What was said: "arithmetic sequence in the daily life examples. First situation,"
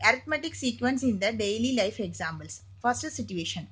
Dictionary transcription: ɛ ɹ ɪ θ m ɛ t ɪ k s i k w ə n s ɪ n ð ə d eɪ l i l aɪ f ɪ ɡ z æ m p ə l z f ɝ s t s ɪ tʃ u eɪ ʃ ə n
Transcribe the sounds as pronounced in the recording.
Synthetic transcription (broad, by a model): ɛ ɹ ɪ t m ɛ t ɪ k s i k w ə n s ɪ n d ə d eɪ l i l aɪ f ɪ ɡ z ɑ m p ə l s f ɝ s t s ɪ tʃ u eɪ ʃ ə n